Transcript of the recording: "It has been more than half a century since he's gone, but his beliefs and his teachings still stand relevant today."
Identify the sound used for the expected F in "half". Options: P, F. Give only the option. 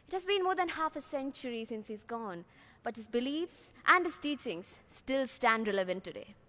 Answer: F